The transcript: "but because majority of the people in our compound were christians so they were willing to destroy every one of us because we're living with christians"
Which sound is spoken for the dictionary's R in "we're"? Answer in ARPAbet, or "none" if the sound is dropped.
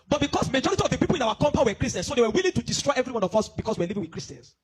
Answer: W